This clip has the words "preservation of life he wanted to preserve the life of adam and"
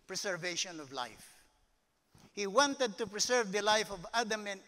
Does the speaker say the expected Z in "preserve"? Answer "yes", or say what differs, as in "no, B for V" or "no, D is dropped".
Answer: no, S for Z